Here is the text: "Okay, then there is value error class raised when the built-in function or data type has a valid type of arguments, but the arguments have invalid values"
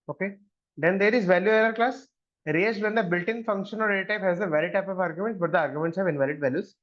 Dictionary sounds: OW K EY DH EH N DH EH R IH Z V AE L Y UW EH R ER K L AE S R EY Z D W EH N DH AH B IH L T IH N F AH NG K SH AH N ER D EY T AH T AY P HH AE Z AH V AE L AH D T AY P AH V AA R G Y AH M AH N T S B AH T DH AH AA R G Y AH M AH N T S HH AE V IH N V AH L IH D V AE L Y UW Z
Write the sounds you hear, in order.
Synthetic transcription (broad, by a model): OW K EY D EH N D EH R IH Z V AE L Y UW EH L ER K L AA S R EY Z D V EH N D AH B IH L T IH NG F AH NG K SH AH N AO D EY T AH T AY P HH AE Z AH V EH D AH T AY P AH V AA R G Y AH M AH N T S B AH T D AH AA R G Y AH M AH N T S HH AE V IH N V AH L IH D V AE L Y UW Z